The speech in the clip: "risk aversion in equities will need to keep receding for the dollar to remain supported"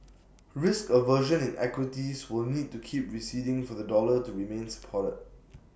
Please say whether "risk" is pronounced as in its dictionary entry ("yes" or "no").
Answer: yes